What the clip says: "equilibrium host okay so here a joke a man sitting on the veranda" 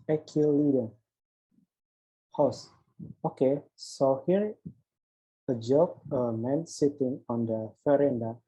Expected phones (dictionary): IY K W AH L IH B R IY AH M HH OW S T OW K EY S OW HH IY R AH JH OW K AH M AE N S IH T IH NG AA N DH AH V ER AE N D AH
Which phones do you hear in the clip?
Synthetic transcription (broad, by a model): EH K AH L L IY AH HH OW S OW K EY S OW HH IY R AH JH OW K AH M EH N S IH T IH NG AA N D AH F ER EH N D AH